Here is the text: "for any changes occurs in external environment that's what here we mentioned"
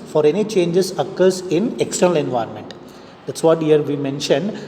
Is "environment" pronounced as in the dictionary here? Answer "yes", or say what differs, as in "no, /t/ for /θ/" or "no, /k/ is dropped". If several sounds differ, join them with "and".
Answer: yes